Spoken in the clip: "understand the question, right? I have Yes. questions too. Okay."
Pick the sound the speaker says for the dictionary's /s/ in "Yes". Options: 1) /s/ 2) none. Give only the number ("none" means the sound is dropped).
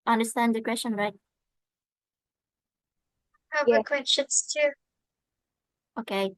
2